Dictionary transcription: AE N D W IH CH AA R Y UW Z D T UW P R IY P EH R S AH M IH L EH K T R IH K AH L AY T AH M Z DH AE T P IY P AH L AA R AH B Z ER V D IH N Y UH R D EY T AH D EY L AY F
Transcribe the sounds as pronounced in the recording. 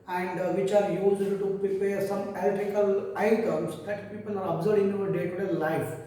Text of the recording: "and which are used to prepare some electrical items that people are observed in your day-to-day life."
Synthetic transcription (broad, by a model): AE N D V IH CH AA R Y UW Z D T UW P R IY P EH R S AH M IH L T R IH K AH L AY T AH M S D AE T P IY P AH L AA R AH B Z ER D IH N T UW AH D EY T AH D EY L AY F